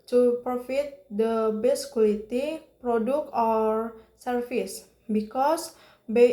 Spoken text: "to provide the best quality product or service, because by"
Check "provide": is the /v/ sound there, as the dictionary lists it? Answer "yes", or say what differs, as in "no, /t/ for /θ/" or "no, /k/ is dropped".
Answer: no, /f/ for /v/